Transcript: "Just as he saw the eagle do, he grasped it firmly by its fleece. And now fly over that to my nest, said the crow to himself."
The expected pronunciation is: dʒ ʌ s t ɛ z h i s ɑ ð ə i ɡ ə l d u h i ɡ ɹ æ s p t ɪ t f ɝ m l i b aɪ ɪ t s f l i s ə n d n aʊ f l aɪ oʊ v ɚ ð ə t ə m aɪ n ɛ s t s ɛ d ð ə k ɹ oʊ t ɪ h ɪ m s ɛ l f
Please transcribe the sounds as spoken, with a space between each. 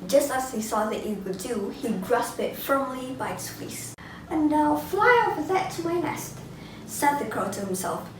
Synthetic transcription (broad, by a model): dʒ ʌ s t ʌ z h i s ɑ ð ə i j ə w d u h i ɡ ɹ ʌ s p ɪ t f ɝ m l i b aɪ ɪ t s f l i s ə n n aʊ f l aɪ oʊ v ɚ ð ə t ə m aɪ n ɛ s t s ɛ d ð ə k ɹ oʊ t ɪ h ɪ m s ɛ l f